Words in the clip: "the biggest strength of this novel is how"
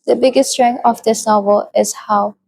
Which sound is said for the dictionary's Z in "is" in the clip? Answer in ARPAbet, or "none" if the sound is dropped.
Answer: S